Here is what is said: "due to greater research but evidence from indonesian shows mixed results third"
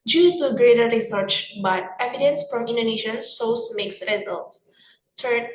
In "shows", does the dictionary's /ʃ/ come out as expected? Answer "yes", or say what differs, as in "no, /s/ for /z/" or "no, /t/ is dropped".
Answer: no, /s/ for /ʃ/